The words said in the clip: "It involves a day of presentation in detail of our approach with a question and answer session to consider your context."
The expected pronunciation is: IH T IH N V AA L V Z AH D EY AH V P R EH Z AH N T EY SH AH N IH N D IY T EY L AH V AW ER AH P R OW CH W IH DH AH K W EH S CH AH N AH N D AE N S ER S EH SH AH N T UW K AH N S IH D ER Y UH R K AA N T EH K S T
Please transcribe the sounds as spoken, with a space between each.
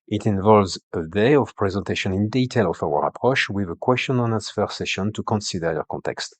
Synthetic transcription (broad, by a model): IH T IH N V AA L V Z AH D EY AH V P R EH Z AH N T EY SH AH N IH N D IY T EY L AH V AW ER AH P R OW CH W IH DH AH K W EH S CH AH N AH N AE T S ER S EH SH AH N T UW K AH N S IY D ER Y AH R K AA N T EH K S T